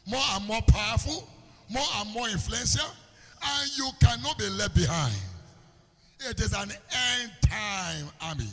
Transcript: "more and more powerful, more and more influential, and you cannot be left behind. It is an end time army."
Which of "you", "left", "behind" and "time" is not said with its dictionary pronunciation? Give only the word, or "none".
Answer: left